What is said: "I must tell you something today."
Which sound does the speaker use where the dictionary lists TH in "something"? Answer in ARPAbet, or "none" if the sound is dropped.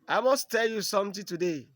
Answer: T